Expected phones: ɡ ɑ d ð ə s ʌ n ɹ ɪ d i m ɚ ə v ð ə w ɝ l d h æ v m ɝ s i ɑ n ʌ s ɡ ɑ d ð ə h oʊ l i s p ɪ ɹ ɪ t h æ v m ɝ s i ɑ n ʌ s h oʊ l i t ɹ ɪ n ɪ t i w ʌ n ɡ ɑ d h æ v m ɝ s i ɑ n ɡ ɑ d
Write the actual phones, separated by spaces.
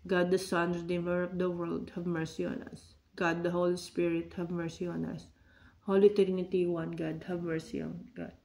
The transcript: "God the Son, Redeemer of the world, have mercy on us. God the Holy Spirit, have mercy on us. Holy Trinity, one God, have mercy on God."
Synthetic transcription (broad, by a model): ɡ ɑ d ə s ʌ n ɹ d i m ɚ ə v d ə w ɝ l d h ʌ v m ɝ s i ɑ n ʌ s ɡ ɑ d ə h oʊ l i s p ɪ ɹ ɪ t h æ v m ɝ s i ɑ n ʌ s h oʊ l i t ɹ n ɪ t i w ʌ n ɡ ɑ d h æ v m ɝ s i ɑ n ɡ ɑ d